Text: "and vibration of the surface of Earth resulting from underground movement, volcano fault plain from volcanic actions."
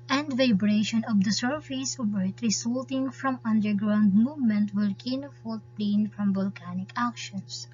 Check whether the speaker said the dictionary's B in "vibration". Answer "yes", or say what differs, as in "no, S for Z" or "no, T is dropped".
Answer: yes